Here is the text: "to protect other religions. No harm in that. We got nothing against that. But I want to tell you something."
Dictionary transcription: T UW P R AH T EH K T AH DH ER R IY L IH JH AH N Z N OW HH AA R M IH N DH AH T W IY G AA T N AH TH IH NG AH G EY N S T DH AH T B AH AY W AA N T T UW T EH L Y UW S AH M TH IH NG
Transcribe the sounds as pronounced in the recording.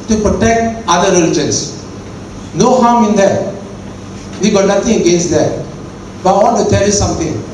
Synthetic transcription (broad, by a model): T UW P R AH T EH K T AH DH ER R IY L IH JH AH N S N OW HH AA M IH N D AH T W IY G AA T N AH T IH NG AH G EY N S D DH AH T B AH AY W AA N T T UW T EH L Y UW S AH M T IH NG